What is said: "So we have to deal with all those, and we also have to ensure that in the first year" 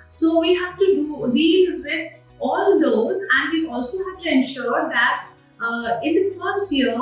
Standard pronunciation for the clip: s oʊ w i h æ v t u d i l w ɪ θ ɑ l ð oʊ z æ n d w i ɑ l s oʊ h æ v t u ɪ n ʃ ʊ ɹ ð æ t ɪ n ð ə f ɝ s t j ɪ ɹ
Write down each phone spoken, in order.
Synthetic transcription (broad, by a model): s oʊ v i h æ v t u d i l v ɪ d ɑ l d oʊ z æ n d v i ɑ l s oʊ h æ v t u ɪ n ʃ ʊ ɹ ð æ t ɪ n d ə f ɝ s t j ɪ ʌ